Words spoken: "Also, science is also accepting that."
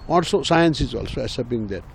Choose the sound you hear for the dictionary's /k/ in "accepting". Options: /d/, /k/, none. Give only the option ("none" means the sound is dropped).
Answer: none